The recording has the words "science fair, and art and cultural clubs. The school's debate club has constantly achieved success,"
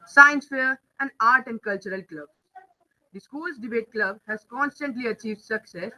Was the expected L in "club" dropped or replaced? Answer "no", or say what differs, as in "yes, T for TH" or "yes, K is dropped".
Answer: no